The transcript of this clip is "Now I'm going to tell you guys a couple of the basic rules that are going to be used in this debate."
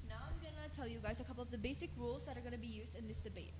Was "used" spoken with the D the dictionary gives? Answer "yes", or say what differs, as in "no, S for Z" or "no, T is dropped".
yes